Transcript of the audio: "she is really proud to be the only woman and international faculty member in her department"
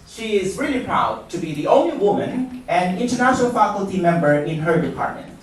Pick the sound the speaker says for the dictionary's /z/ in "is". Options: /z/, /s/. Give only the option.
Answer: /z/